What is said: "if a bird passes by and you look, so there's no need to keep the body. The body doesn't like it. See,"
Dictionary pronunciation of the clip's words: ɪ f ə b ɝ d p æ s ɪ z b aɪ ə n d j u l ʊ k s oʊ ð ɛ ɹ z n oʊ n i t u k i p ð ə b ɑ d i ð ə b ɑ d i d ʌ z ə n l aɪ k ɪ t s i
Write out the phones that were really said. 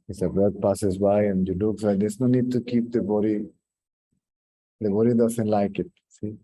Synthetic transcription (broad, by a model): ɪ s ə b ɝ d p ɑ s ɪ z b aɪ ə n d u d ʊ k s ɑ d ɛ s n oʊ n i t u k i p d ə b ɑ d i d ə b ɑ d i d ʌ s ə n l aɪ k ɪ t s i